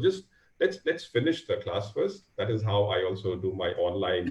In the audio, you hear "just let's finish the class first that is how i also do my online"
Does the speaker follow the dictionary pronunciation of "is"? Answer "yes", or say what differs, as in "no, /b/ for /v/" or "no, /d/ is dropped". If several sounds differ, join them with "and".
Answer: yes